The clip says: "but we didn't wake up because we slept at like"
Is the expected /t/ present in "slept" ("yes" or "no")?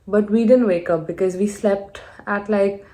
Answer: yes